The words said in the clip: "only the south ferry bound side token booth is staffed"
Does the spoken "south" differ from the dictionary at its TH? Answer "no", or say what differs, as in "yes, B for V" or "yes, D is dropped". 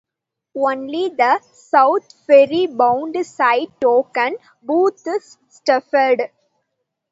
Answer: yes, T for TH